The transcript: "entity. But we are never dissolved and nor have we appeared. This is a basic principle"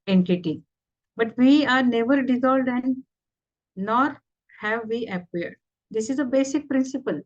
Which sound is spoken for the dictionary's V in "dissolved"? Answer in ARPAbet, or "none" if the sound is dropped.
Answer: none